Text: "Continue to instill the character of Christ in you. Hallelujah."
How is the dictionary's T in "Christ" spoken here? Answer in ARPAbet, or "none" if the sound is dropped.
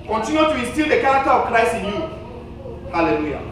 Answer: none